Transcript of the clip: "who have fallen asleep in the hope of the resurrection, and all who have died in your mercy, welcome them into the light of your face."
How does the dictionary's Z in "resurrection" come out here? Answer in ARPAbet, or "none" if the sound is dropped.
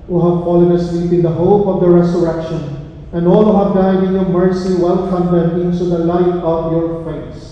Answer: S